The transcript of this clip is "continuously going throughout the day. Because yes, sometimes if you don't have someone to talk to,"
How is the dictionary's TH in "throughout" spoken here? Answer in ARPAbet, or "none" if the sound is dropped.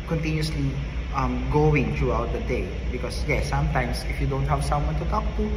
T